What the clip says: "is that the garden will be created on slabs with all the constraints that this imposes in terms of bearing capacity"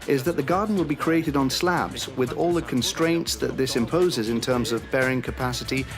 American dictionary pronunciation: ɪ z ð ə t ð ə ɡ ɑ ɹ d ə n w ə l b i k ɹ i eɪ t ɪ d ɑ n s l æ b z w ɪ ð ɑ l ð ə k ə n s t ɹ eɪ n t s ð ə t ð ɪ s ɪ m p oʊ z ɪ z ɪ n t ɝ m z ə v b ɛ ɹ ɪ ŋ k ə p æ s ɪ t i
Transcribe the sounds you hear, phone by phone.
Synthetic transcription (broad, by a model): ɪ z ð ə t ð ə ɡ ɑ ɹ d n w ə l b i k ɹ i eɪ t ɪ d n s l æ b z w ɪ ð ɑ l ð ə k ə n s t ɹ eɪ n t s ð ə t ð ɪ s ɪ m p oʊ z ɪ z ɪ n t ɝ m z ə v b ɛ ɹ ɪ ŋ k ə p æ s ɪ t i